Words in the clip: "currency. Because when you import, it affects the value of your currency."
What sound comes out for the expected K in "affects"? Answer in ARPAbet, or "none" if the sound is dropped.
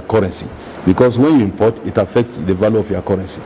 K